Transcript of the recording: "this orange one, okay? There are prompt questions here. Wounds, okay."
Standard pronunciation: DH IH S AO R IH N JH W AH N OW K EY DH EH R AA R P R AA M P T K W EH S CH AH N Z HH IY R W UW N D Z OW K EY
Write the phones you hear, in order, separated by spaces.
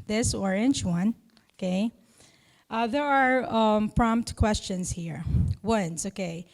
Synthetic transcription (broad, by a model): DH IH S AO R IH N CH W AH N OW K EY DH EH R AA R P R AA M P T K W EH S CH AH N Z HH IY R W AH N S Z OW K EY